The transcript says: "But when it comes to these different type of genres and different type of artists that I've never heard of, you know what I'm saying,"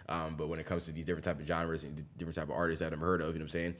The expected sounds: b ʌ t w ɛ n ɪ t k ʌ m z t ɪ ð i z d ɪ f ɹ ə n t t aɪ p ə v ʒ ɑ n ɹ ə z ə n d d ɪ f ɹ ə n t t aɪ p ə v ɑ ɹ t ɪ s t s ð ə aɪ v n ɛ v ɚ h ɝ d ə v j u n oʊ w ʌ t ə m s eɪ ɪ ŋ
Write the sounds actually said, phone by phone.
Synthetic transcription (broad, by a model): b ʌ t w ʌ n ɪ t k ʌ m z t ɪ ð i z d ɪ f ɹ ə n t t aɪ p ə v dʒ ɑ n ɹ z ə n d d ɪ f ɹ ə n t t aɪ p ə v ɑ ɹ t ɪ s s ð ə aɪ n ɛ v ɚ h ɝ d ə v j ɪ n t ə m s eɪ ɪ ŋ